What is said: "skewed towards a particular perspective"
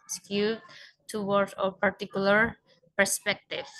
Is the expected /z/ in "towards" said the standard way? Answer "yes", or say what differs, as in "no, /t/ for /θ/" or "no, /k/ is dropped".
no, /z/ is dropped